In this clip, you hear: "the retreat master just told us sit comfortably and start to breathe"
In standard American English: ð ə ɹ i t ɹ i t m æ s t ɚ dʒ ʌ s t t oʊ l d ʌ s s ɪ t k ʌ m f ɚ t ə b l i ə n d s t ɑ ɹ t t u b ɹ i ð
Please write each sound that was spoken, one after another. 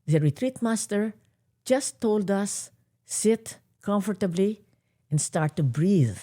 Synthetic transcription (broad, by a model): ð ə ɹ i t ɹ i t m æ s t ɚ dʒ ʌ s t t oʊ l d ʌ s s ɪ t k ʌ m f ɚ t ə b l i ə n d s t ɑ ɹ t t u b ɹ i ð